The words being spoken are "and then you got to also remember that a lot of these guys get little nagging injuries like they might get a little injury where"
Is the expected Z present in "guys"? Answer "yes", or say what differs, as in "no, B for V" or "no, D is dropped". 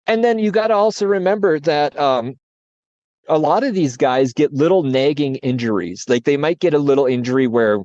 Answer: yes